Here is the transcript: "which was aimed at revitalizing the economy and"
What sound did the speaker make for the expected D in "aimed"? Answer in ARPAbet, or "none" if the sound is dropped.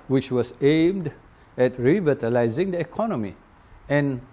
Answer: D